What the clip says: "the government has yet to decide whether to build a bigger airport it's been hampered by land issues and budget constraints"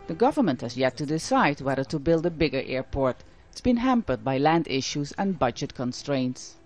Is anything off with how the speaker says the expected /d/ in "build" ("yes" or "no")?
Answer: no